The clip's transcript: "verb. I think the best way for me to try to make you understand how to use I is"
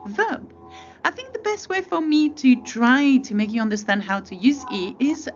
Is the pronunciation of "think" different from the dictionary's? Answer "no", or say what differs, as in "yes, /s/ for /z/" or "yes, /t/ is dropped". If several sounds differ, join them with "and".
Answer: no